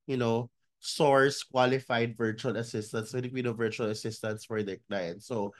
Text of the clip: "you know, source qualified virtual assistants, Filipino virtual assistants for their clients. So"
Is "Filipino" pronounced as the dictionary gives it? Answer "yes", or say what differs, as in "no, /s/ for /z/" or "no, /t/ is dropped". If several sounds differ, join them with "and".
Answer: no, /n/ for /l/ and /b/ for /p/